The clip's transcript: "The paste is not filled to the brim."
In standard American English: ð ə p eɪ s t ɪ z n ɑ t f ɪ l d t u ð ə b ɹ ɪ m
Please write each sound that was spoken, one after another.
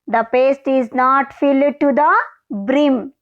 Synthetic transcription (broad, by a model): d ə p eɪ s t ɪ z n ɑ t f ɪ l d t u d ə b ɹ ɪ m